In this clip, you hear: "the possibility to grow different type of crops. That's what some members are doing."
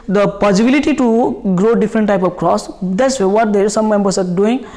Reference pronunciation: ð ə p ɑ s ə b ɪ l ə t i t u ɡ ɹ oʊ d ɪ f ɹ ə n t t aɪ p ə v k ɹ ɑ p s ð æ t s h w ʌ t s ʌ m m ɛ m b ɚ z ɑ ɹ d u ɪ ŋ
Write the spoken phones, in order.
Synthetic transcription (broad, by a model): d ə p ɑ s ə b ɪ l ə t i t u ɡ ɹ oʊ d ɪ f ɹ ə n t t aɪ p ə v k ɹ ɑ s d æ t s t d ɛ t s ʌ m m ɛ m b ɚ s ɑ ɹ d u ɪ ŋ